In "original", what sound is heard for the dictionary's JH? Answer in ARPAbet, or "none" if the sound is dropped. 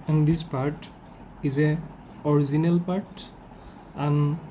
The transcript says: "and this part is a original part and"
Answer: Z